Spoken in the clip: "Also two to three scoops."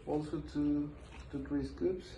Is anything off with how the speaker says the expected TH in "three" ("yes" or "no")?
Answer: yes